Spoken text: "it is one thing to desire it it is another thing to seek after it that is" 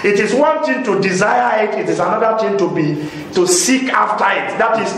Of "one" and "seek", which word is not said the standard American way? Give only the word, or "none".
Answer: none